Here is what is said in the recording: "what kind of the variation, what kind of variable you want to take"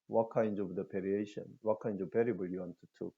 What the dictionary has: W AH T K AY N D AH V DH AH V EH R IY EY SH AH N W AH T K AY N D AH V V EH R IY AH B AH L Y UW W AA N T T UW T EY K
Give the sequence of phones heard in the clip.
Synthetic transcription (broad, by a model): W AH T K AY N D AH V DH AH P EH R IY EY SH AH N W AH T K AY N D AH V P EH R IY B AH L Y UW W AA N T T UW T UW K